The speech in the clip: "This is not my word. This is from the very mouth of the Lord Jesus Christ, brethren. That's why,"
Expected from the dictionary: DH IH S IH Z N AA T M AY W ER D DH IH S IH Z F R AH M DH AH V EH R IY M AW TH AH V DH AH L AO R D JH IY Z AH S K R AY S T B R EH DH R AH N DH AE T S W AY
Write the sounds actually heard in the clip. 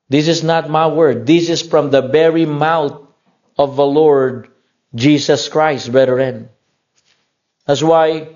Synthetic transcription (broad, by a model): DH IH S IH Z N AA T M AY W ER D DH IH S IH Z F R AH M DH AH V EH R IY M AW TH AH V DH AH L AO R D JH IY S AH S K R AY S T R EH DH R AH N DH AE T S W AY